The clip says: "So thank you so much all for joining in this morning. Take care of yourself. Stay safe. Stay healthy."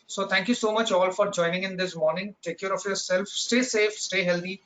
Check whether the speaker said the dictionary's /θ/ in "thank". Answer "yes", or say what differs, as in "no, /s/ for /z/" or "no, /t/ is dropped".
no, /t/ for /θ/